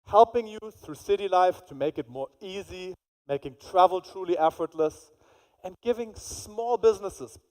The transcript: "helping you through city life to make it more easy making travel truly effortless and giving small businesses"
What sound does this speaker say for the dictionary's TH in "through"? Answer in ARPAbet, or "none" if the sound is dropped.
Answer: TH